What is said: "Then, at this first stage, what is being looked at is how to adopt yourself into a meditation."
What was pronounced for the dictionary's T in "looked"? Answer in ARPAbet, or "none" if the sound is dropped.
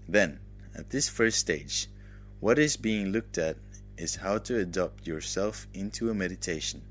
T